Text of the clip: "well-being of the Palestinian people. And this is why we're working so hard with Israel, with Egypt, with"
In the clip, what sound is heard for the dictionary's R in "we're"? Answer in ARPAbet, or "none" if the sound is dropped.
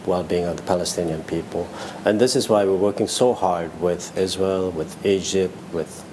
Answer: R